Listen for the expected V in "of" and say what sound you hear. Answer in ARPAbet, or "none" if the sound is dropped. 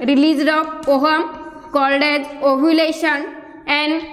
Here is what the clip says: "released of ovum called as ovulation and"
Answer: P